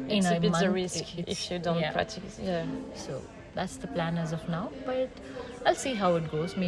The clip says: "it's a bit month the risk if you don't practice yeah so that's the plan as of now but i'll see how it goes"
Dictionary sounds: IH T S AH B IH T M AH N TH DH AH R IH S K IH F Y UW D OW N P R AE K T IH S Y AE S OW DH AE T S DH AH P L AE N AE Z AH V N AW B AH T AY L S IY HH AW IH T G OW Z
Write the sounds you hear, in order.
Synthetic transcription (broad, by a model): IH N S AH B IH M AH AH R IH S K IH F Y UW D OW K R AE T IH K Y AE S OW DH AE T S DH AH P L AE N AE Z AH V N AW B AH T AY L S IY HH AW IH T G OW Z